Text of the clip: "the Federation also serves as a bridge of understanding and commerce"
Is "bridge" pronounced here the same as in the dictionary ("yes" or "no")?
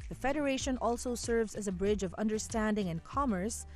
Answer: yes